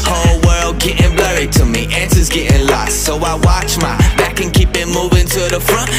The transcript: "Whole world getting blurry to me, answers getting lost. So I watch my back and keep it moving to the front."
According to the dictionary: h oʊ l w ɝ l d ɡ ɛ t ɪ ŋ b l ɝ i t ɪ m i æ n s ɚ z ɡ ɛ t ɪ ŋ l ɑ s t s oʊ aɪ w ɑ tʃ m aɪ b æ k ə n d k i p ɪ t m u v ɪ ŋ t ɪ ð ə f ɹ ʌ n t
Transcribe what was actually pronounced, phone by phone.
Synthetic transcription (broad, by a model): h oʊ l w ɝ l d ɡ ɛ t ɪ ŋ b l ɝ i t ɪ m i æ n s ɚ z ɡ ɛ t ɪ ŋ l ɑ s t s oʊ aɪ w ɑ tʃ m aɪ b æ k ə n k i p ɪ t m u v ɪ ŋ t ɪ ð ə f ɹ ʌ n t